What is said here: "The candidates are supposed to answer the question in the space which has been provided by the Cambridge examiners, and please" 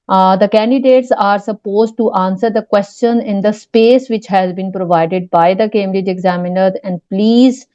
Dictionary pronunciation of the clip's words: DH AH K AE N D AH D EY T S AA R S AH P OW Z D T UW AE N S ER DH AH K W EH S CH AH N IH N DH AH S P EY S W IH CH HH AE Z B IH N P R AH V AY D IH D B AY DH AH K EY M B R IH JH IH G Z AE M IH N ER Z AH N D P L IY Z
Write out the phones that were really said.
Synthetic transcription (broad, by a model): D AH K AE N D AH D EY T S AA R S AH P OW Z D T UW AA N S ER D AH K W EH S CH AH N IH N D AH S P EY S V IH CH HH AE Z B IH N P R AH V AY D IH D B AY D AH K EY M R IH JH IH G Z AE M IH N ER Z AH N D P L IY Z